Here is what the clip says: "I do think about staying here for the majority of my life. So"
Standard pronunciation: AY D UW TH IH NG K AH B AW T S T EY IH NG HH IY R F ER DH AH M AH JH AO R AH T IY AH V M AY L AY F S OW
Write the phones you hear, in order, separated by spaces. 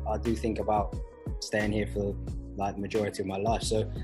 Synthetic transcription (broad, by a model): AY D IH TH IH NG K AH B AW T S T EY IH NG HH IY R F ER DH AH M AH JH AO R AH T IY AH V M AY L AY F S OW